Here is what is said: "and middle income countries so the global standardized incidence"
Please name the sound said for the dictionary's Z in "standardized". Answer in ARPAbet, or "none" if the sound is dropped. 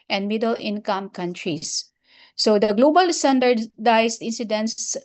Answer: S